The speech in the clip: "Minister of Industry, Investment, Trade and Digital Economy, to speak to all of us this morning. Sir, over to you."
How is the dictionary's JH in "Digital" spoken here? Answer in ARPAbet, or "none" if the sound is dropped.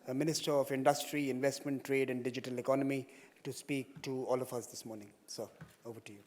JH